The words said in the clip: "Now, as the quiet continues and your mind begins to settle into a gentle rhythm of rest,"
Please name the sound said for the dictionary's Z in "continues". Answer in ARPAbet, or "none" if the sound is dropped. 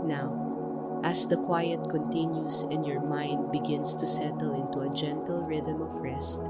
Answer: S